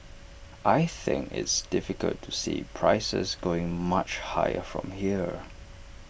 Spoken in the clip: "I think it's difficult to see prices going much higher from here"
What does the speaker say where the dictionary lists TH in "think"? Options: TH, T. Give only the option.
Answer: TH